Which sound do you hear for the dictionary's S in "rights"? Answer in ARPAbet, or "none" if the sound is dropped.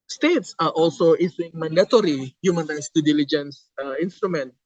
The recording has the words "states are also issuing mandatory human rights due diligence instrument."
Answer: S